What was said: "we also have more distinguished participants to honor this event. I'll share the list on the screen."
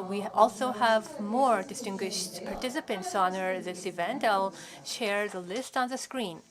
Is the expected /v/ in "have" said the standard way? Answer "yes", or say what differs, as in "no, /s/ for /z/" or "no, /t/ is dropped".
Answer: yes